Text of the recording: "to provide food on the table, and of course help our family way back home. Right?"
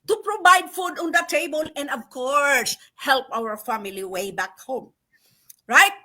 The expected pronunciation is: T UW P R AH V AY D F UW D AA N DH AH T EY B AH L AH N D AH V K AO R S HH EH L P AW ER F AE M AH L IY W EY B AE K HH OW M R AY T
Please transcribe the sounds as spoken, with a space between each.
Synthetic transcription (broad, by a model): T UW P R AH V AY D F UW D AA N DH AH T EY B AH L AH N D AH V K AO R S HH EH L P AW ER F AE M AH L IY W EY B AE K HH OW M R AY T